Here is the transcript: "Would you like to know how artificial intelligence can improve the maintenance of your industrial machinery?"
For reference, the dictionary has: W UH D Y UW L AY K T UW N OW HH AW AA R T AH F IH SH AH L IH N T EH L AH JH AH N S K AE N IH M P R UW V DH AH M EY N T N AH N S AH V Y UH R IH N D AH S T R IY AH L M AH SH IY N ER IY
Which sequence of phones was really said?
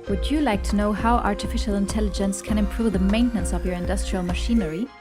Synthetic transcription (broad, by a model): W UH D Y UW L AY K T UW N OW HH AW AA R T AH F IH SH AH L IH N T EH L AH JH AH N S K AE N IH M P R UW V DH AH M EY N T N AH N S AH V Y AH R IH N D AH S T R IY AH L M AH SH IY N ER IY